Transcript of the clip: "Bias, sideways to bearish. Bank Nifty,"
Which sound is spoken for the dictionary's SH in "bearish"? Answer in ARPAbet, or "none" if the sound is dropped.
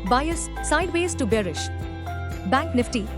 SH